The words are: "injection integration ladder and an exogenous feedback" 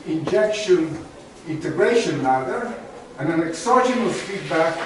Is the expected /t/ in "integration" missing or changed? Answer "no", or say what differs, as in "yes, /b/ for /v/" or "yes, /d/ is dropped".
no